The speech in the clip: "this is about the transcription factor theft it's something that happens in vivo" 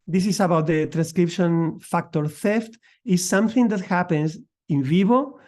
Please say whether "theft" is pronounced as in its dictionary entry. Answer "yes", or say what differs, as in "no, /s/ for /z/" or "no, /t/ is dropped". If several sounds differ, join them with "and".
yes